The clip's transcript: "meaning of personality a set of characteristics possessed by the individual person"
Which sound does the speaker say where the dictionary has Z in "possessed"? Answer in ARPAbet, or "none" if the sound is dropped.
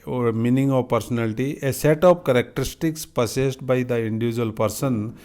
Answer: S